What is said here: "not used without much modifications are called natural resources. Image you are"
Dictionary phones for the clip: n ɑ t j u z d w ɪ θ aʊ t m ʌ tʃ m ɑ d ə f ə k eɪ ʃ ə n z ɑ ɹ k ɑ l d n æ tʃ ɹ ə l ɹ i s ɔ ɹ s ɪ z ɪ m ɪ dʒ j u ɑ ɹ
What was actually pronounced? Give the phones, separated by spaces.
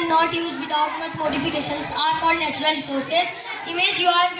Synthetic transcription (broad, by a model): n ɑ t j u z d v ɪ t aʊ t m ʌ tʃ m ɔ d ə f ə k eɪ ʃ ə n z ɑ ɹ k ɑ d n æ tʃ ɹ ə l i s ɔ ɹ s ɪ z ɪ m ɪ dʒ j u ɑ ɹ